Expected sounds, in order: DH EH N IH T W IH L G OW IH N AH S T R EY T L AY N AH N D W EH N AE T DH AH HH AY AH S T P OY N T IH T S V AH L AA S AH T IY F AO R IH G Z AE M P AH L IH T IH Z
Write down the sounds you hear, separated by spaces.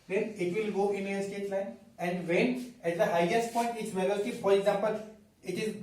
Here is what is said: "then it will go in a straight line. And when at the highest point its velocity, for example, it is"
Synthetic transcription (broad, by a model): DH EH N IH T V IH L G OW IH N AH S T EY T L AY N AH N D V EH N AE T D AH HH AY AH S T P OY N T IH T S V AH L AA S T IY F AO R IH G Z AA M P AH L IH T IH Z